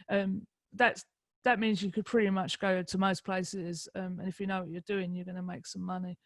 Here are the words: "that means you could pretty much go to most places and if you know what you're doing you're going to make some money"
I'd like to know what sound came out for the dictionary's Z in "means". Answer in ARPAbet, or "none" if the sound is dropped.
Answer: Z